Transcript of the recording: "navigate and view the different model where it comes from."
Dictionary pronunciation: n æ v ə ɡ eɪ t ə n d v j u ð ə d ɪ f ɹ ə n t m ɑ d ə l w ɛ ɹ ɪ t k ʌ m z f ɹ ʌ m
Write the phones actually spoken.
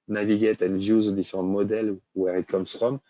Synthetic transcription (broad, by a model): n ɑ v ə ɡ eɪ t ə n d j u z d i f ɹ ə t m ɑ d ə l w ɛ ɹ ɪ t k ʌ m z f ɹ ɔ m